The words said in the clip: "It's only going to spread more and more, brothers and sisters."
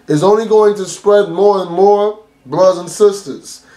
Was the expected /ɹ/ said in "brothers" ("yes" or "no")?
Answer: no